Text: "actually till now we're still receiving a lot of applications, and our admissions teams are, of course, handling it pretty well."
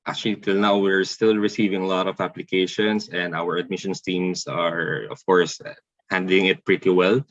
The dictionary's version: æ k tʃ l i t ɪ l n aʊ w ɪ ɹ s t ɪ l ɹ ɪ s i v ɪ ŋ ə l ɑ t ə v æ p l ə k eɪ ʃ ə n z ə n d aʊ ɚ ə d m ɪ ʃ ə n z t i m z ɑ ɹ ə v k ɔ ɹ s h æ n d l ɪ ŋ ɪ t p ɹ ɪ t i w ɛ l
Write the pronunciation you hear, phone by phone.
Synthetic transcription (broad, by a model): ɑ k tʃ l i t ɪ l n aʊ w ɪ ɹ s t ɪ l ɹ ɪ s i v ɪ ŋ ə l ɑ t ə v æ p l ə k eɪ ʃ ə n s ə n d aʊ ɚ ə d m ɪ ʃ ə n s t i m s ɑ ɹ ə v k ɔ ɹ s h æ n d l ɪ ŋ ɪ t p ɹ ɪ t i w ɛ l